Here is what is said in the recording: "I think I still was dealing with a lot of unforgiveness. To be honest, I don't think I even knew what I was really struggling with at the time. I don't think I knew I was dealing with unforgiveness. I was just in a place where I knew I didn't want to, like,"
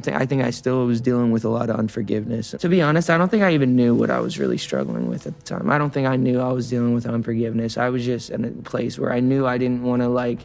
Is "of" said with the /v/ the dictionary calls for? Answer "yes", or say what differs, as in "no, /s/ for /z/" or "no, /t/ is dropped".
yes